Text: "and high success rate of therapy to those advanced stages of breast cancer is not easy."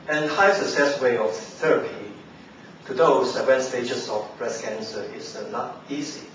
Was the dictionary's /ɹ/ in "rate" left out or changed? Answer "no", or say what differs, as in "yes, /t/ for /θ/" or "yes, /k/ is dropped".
yes, /w/ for /ɹ/